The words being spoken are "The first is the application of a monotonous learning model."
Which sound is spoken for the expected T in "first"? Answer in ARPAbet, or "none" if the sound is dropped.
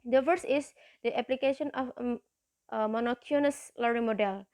none